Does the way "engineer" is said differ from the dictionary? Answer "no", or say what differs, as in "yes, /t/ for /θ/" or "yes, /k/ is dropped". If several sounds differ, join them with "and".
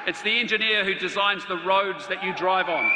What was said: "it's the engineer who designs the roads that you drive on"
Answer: no